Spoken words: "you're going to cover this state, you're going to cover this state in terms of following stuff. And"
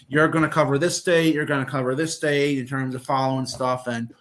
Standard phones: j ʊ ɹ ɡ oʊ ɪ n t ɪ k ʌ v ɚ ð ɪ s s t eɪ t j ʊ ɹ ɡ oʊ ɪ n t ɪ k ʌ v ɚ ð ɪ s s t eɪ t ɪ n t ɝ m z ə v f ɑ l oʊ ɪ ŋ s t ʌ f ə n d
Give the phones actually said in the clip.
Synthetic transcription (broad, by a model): j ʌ ɹ ɡ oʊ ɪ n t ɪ k ʌ v ɚ ð ɪ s s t eɪ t j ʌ ɹ ɡ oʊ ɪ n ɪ k ʌ v ɚ ð ɪ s s t eɪ t ɪ n t ɝ m z ə v f ɑ l oʊ ɪ ŋ s t ʌ f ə n